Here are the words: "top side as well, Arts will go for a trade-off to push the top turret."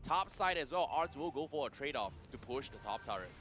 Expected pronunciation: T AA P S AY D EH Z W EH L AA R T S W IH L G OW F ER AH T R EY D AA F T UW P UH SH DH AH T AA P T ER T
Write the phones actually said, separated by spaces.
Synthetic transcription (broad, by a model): T AA P S AY D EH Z W EH L AA R T S W IH L G OW F ER AH T R EY D AA F T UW P UH SH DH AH T AA P T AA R